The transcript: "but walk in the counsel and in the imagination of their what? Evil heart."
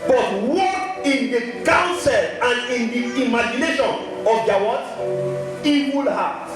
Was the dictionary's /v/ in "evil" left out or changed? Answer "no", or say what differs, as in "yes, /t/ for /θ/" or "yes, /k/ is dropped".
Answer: yes, /w/ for /v/